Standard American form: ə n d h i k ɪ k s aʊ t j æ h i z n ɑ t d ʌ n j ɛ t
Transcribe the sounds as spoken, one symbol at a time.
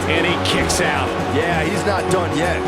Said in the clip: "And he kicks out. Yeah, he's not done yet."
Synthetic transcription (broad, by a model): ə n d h i k ɪ k s aʊ t j æ h i z n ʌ t d ʌ n j ɛ t